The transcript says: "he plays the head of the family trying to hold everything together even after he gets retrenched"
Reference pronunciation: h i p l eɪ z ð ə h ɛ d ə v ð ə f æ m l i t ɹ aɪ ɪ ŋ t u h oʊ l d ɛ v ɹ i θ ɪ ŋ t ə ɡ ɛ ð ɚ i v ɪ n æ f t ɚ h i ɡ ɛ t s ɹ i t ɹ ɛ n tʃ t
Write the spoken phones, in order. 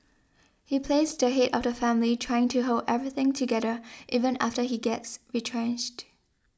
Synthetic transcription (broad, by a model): h i p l eɪ s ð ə h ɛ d ə v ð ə f æ m l i t ɹ aɪ ɪ ŋ t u h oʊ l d ɛ v ɹ i θ ɪ ŋ t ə ɡ ɛ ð ɚ i v ɪ n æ f t ɚ h i ɡ ɛ t s ɹ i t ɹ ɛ n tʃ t